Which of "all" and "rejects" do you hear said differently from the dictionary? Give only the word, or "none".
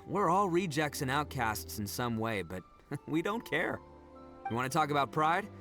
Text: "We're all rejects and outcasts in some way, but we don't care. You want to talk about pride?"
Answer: none